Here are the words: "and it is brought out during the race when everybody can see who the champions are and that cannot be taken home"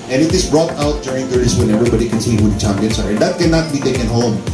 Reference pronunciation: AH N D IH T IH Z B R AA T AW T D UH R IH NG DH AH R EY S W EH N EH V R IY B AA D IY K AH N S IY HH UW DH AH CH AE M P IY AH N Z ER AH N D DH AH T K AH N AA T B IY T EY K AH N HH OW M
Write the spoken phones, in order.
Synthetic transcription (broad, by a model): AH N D IH T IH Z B R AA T AW T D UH R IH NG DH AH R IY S W EH N EH V R IY B AA D IY K AH N S IY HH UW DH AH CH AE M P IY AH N S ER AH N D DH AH T K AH N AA T B IY T EY K AH N HH OW M